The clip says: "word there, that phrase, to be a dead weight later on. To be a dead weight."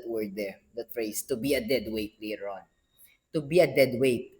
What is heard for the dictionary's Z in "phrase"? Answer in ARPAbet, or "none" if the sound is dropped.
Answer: S